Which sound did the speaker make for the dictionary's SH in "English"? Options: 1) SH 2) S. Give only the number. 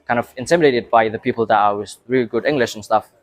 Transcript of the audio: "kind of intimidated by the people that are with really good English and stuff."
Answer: 1